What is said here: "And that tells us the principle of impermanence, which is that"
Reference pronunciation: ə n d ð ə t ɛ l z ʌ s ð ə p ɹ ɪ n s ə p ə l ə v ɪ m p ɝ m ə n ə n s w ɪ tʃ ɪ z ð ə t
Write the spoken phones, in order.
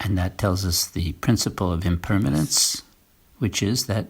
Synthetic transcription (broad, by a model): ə n ð ə t ɛ l z ʌ s ð ə p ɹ ɪ n s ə p l ə v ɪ m p ɝ m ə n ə n s w ɪ tʃ ɪ z ð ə t